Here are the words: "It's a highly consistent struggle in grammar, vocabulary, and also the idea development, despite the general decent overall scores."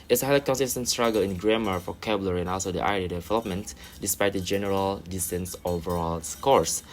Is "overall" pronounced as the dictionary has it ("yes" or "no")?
yes